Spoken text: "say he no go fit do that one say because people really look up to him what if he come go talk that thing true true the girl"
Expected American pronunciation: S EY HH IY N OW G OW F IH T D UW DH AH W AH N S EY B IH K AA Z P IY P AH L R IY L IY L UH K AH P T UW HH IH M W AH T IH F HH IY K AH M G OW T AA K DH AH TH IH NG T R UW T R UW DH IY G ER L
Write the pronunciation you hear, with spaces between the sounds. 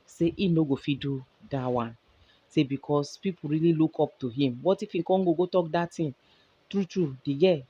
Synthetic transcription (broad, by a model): S EY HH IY N OW G OW F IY D UW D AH W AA N S EY B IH K AA S P IY P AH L R IY L IY L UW K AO P T UW HH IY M W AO T IH F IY K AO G G OW T AA K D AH T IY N T R UW T R UW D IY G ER